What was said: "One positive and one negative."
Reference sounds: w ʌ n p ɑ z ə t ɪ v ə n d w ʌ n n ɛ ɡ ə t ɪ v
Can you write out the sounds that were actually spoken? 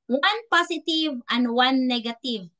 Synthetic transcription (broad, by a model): w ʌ n p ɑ s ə t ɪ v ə n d w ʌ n n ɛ ɡ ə t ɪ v